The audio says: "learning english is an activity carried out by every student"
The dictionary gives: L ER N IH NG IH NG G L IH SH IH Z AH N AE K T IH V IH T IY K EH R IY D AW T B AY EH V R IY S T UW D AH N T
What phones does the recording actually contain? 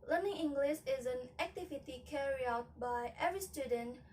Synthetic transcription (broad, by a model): L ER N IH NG IH NG G L IH SH IH Z AH N AE K T IH V IH T IY K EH R IY AW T B AY EH V R IY S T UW D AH N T